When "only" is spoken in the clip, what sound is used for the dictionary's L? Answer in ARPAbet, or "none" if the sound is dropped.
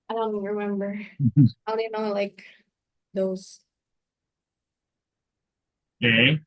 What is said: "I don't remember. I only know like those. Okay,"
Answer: none